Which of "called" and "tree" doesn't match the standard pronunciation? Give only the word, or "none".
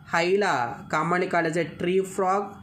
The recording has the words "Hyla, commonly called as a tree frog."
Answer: called